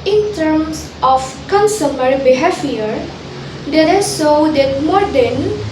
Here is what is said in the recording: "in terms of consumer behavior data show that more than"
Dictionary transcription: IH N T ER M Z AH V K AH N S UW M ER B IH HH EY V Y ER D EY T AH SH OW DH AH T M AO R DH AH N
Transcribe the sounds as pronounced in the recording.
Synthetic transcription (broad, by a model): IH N T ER M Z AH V K AH N S UW M ER B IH HH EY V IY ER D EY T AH S OW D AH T M AO R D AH N